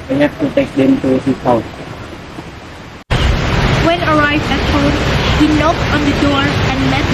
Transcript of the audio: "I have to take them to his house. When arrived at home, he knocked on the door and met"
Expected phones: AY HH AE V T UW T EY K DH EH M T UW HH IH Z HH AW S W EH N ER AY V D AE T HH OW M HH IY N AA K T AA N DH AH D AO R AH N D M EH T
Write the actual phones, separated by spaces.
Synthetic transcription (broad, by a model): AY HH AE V T UW T EY K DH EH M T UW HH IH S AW W EH N ER AY V D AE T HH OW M HH IY N AA K T AA N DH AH D AO R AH N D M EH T